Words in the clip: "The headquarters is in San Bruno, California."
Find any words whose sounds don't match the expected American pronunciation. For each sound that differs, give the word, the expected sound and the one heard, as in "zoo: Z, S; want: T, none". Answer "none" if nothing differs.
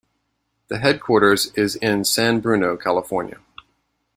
none